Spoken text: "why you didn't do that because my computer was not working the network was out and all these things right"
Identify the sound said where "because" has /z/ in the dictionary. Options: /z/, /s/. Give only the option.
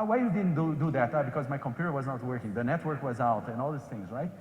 /z/